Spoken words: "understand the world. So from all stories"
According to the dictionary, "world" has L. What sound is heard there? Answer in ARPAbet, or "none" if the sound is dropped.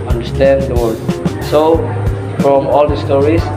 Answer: none